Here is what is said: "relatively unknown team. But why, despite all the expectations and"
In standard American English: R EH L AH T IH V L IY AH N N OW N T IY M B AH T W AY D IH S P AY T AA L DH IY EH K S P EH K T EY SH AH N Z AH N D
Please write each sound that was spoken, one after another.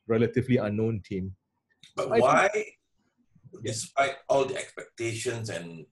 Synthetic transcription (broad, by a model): R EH L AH T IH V L IY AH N N OW N T IY M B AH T W AY D IH S P AY T AA L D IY EH K S P EH K T EY SH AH N S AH N